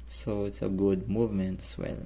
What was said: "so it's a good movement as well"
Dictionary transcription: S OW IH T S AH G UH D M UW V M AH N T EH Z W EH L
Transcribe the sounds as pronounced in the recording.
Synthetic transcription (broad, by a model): S OW IH T S AH G UH D M UW V M AH N T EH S W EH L